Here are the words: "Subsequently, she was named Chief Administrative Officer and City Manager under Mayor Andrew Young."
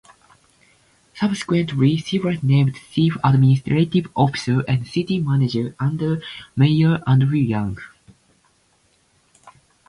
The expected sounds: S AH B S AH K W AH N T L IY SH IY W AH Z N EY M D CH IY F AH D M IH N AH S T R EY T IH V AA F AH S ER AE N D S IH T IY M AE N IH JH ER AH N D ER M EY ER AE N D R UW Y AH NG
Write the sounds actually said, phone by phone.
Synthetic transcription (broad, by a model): S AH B S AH K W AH N T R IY S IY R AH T N EY M D S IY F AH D M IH N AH S T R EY T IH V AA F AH S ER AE N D S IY T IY M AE N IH JH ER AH N D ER M EY ER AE N D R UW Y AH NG